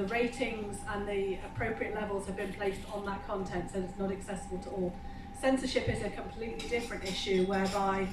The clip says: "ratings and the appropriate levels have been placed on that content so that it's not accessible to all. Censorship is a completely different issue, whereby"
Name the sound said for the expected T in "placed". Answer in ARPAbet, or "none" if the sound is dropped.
T